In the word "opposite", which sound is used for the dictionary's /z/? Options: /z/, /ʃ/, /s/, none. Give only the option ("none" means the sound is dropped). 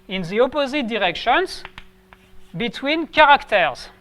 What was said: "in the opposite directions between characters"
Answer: /z/